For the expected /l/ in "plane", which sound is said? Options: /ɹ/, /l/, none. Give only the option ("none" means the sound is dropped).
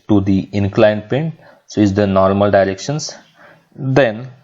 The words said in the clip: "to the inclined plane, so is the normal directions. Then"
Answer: none